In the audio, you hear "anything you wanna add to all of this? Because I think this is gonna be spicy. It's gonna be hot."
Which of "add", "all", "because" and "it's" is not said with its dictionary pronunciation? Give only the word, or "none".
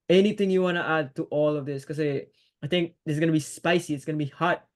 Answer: because